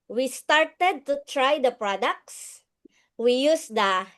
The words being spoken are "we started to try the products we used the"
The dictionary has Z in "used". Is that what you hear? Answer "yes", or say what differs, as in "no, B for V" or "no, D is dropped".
no, S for Z